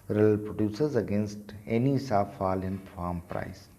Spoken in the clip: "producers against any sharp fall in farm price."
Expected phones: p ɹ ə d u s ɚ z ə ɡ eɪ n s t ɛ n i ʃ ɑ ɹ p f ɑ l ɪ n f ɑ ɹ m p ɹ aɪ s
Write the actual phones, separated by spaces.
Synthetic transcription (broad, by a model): p ɹ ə d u s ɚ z ə ɡ eɪ n s t ɛ n i s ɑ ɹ f ɑ l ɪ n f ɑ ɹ m p ɹ aɪ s